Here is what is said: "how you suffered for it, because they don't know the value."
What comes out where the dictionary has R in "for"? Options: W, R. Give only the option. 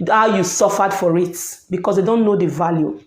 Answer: R